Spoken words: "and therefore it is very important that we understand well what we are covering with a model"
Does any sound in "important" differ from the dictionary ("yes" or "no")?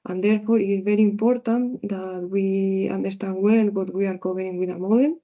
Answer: no